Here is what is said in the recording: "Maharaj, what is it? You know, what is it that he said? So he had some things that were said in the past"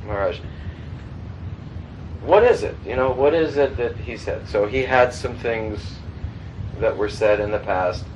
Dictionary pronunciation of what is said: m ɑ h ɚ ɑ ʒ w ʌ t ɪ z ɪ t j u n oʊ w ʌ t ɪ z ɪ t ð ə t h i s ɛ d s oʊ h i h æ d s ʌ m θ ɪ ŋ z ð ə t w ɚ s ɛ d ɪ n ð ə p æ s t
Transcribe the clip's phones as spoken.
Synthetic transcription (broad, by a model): m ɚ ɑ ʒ w ʌ t ɪ z ɪ t j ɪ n oʊ w ʌ t ɪ z ɪ t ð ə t h i s ɛ d s oʊ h i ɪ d s ʌ m θ ɪ ŋ z ð ə t w ɚ s ɛ d ɪ n ð ə p æ s t